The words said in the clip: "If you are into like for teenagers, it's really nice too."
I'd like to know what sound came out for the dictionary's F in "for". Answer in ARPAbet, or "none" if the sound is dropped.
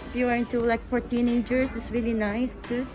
P